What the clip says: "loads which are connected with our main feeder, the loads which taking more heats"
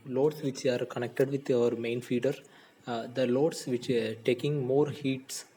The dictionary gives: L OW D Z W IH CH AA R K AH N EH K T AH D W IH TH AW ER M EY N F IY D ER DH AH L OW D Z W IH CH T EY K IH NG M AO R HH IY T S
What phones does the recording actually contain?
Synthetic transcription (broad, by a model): L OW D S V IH CH AA R K AH N EH K T AH D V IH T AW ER M EY N F IY D ER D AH L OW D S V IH CH T EY K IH NG M AO R HH IY T S